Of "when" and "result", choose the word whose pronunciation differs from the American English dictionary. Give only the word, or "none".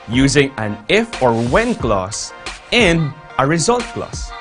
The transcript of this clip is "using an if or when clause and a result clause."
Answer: none